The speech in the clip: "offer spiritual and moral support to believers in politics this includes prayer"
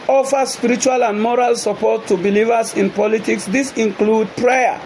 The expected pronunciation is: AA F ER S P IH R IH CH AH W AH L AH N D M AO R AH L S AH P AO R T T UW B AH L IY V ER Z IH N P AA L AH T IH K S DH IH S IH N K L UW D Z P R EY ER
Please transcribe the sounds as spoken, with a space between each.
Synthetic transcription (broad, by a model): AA F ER S P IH R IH CH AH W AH L AH N D M AO R AH L S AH P AO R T T UW B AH L IY V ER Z IH N P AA L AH T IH K S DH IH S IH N K L UW D P R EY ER